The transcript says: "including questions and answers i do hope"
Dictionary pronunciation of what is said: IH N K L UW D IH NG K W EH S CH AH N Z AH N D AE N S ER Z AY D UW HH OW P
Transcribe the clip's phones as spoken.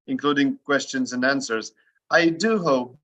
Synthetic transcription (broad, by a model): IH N K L UW D IH NG K W EH S CH AH N Z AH N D AE N S ER Z AY D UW HH OW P